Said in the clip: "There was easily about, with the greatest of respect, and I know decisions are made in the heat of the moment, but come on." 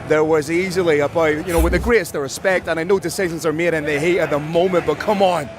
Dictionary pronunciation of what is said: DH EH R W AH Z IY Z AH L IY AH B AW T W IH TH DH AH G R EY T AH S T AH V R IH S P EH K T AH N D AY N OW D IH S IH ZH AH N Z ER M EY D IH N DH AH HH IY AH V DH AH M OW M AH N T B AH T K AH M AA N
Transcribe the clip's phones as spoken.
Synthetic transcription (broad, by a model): DH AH R W AH Z IY Z AH L IY AH B AW T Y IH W DH AH G R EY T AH S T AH R IH S P EH K T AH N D AY N OW D IH S IH ZH AH N Z ER M EY D IH N DH AH HH IY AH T DH AH M OW M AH N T B AH T K AH M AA N